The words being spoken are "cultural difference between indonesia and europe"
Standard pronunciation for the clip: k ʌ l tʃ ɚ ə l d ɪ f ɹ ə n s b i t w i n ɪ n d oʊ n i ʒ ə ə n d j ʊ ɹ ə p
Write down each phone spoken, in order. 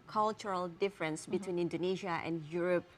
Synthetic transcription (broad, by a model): k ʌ l tʃ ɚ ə l d ɪ f ɹ ə n s b i t w i n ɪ n d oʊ n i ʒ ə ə n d j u ɹ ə p